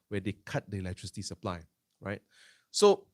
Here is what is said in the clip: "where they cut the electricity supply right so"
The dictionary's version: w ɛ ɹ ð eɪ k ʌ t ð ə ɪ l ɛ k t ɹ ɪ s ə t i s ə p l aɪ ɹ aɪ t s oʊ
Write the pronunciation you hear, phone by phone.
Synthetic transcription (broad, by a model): w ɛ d eɪ k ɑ t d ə ɪ l ɛ k t ɹ ɪ s ə t i s ə p l aɪ ɹ aɪ t s oʊ